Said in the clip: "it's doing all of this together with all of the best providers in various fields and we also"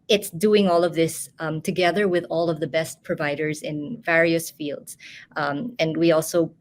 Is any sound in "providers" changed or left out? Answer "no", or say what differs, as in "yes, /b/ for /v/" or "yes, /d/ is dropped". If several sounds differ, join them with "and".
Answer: no